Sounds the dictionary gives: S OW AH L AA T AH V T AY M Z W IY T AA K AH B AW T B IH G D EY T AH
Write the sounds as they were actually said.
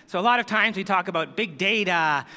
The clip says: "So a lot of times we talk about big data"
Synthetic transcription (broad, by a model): S OW AH L AA T AH V T AY M Z W IY T AA K AH B AW T B IH G D EY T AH